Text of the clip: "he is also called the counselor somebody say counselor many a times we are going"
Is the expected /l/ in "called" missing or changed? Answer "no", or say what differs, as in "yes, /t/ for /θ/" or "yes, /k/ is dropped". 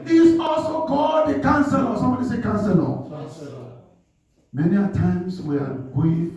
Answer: yes, /l/ is dropped